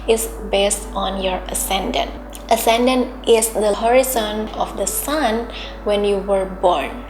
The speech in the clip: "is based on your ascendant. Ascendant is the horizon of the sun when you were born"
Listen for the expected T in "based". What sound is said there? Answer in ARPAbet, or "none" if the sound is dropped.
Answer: T